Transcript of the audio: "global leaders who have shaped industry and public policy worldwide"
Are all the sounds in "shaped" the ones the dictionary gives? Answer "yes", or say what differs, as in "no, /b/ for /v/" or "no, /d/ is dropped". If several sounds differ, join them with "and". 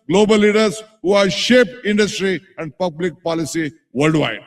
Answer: no, /t/ is dropped